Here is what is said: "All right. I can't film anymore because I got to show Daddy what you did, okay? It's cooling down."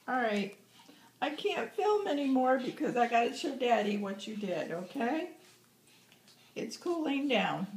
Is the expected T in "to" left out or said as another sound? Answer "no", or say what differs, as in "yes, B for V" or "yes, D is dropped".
yes, S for T